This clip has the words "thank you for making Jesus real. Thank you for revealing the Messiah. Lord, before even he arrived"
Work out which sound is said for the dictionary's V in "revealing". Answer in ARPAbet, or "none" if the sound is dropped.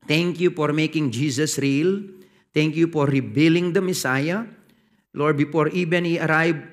B